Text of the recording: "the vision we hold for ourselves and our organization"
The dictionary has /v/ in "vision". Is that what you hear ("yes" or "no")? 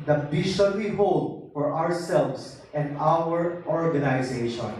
no